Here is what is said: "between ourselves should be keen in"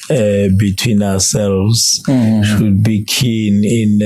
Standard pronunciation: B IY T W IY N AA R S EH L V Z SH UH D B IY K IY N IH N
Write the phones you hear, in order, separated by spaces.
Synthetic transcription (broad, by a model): B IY T W IY N AA W S EH L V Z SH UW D B IY K IY N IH N